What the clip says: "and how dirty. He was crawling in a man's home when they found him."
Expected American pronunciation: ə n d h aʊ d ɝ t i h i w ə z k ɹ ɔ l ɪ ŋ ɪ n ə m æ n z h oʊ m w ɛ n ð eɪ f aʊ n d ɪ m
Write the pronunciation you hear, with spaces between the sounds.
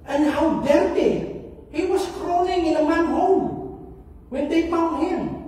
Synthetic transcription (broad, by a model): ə n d h aʊ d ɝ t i h i w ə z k ɹ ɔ n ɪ ŋ ɪ n ə m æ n h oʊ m w ɛ n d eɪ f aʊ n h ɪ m